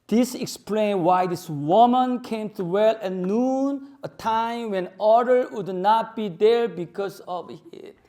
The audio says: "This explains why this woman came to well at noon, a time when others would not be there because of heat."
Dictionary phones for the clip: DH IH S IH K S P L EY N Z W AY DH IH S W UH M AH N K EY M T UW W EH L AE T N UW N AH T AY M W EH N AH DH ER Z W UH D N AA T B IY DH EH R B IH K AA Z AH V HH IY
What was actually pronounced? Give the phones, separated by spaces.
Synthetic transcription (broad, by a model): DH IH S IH K S P L EY N W AY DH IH S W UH M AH N K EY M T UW W EH L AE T N UW N AH T AY M W EH N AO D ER W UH D N AA T B IY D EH R B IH K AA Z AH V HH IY